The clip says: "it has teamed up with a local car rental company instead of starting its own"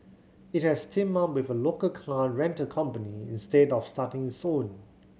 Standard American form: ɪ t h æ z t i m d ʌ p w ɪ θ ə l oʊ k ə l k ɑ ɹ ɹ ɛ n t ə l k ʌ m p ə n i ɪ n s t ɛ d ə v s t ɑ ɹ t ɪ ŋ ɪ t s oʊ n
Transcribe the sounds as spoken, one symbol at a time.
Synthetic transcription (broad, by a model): ɪ t h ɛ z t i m ʌ w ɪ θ ə l oʊ k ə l k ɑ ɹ ɹ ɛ n t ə k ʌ m p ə n i ɪ n s t ɛ d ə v s t ɑ t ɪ ŋ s oʊ n